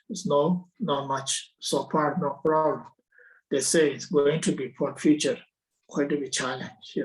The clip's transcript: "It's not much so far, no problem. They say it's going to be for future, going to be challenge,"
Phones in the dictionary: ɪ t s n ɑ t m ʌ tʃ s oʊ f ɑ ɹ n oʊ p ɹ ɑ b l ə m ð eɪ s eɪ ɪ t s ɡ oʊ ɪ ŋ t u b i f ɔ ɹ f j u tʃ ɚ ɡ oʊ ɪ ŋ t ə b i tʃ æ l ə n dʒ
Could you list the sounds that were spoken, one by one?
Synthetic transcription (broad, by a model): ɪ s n n ɑ t m ʌ tʃ s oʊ p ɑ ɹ n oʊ p ɹ ɑ b l ə m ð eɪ s eɪ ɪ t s ɡ oʊ ɪ ŋ t u b i p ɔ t f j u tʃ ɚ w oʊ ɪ t ə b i tʃ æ l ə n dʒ